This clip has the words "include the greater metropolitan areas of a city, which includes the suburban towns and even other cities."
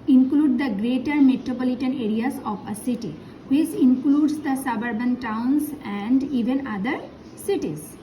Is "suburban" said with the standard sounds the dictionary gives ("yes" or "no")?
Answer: yes